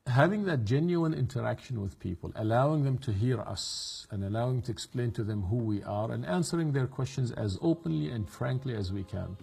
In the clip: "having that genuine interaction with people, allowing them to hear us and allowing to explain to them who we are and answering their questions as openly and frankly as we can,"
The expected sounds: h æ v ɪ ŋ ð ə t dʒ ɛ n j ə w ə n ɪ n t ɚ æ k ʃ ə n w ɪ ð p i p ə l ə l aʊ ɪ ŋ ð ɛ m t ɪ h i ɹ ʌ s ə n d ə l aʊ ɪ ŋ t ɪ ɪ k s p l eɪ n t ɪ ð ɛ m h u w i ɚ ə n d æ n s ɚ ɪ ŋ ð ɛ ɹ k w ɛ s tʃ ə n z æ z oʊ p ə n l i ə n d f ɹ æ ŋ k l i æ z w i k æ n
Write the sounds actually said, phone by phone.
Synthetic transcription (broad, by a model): h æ v ɪ ŋ ð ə t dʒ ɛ n j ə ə n ɪ n t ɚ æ k ʃ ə n w ɪ ð p i p ə l ə l aʊ ɪ ŋ ð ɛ m t ɪ h i ɹ ʌ s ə n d ə l aʊ ɪ ŋ t ɪ ɪ k s p l eɪ n t ɪ ð ɛ m h u w i ɚ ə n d æ n s ɚ ɪ ŋ ð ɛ ɹ k w ɛ s tʃ ə n z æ z oʊ p ə n l i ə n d f ɹ æ ŋ k l i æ z w i k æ n